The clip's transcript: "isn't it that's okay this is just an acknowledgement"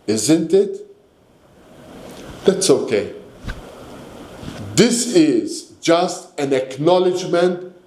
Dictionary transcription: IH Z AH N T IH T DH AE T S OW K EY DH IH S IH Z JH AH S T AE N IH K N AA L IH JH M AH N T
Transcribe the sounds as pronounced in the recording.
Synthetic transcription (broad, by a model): IH Z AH N T IH T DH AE T S OW K EY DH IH S IH Z JH AH S T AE N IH K N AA L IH JH M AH N T